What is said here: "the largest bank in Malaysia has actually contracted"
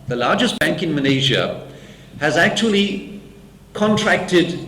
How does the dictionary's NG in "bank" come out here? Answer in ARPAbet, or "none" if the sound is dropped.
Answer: NG